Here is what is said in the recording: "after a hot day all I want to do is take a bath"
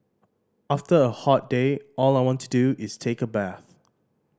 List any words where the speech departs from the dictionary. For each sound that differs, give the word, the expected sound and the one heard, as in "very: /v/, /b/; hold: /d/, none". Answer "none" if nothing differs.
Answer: none